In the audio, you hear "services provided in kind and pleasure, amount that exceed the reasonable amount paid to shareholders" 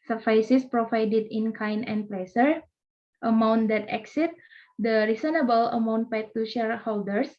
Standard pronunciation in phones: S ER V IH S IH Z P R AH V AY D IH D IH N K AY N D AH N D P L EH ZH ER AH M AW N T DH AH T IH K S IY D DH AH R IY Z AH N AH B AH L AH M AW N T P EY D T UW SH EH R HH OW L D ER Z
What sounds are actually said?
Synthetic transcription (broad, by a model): S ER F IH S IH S P R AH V AY D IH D IH N K AY N AH N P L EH S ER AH M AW N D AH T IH K S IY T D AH R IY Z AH N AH B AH L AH M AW N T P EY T T UW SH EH R HH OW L D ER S